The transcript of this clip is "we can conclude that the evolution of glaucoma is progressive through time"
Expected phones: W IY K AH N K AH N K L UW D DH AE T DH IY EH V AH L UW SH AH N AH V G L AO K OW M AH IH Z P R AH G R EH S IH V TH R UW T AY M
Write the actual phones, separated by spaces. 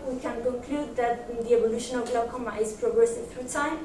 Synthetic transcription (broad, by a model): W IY K AH N K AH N K L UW D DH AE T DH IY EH B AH L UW SH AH N AH V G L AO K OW M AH IH Z P R AH G R EH S IH V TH R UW T AY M